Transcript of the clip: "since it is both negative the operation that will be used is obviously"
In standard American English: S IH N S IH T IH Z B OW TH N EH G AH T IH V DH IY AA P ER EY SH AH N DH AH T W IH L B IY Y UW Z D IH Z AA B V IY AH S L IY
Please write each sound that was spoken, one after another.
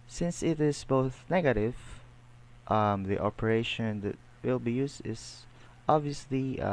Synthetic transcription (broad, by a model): S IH N S IH T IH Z B OW TH N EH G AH T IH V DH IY AA P ER EY SH AH N DH AH T W IH L B IY Y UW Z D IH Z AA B V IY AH S L IY